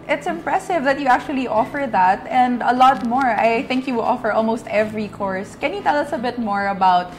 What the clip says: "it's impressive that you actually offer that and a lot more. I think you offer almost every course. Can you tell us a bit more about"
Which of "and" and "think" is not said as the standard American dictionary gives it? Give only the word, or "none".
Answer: none